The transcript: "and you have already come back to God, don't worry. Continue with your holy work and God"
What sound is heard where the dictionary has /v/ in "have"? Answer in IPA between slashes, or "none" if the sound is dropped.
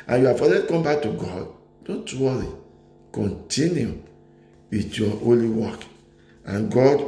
/f/